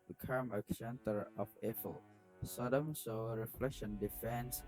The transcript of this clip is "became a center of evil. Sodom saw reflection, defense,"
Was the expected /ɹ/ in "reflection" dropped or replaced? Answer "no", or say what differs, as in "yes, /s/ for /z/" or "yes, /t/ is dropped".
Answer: no